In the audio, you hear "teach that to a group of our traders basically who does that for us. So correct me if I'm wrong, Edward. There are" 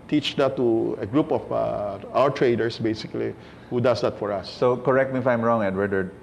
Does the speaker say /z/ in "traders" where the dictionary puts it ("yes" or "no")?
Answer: no